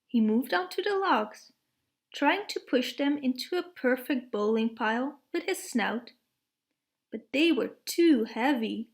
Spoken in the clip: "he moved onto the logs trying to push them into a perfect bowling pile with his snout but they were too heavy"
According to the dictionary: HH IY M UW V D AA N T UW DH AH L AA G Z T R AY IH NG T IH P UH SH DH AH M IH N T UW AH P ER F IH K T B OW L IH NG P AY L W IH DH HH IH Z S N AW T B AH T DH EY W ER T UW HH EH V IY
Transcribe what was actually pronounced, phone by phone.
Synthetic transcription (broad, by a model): HH IY M UW V D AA N T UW DH AH L AA G Z T R AY IH NG T IH P UH SH DH AH M IH N T UW AH P ER F IH K T B OW L IH NG P AY L W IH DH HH IH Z S N AW T B AH T DH EY W ER T UW HH EH V IY